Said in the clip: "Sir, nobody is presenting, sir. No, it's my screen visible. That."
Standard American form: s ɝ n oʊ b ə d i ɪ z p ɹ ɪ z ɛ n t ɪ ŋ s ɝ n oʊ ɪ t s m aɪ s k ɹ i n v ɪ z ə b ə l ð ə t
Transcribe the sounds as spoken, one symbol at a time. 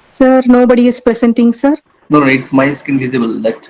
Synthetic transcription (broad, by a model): s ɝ n oʊ b ə d i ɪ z p ɹ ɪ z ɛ n t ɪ ŋ s ɝ n oʊ ɪ t s m aɪ s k i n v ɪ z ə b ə l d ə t